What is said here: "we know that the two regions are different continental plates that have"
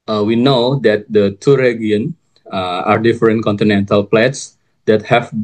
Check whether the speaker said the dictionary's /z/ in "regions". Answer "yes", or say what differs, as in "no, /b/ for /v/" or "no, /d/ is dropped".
no, /z/ is dropped